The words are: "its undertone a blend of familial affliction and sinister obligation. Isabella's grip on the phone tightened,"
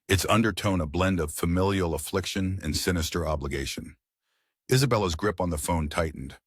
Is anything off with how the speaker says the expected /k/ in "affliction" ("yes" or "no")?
no